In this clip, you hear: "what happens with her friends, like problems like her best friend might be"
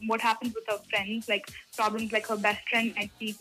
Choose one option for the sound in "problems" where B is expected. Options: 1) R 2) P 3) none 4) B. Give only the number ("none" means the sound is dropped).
4